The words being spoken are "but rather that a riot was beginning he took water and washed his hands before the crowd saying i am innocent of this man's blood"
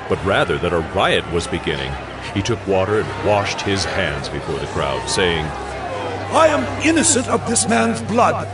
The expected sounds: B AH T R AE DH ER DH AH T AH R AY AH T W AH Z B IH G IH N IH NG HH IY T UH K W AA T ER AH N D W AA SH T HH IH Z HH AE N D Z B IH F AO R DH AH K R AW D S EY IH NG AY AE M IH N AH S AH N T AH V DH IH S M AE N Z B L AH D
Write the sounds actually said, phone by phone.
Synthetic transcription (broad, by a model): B AH T R AE DH ER DH AH T AH R AY AH T W AH Z B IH G IH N IH NG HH IY T UH K W AA T ER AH N W AA SH T HH IH Z HH AE N D Z B IH F AO R DH AH K R AW D S EY IH NG AY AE M IH N AH S AH N T AH V DH IH S M AE N Z B L AH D